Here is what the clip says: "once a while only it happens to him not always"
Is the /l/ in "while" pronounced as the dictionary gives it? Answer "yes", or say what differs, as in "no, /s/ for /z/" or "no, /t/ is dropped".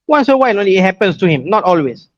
no, /n/ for /l/